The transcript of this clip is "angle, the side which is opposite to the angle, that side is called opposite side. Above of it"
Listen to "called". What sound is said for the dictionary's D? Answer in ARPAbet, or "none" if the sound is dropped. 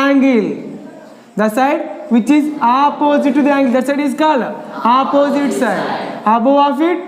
none